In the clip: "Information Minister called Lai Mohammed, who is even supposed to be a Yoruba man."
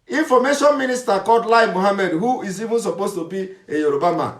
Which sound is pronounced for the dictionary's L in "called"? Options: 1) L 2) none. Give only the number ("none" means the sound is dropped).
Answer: 2